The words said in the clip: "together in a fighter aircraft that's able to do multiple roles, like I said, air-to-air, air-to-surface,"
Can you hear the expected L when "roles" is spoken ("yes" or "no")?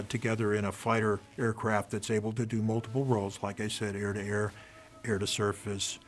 yes